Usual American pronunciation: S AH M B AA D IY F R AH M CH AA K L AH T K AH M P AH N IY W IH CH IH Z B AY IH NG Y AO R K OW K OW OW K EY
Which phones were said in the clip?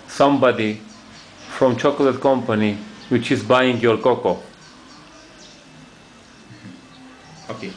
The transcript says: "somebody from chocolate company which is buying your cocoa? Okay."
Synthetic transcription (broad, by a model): S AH M B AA D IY F R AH M CH AA K L AH T K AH M P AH N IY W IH CH IH Z B AY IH NG Y AO R K OW K OW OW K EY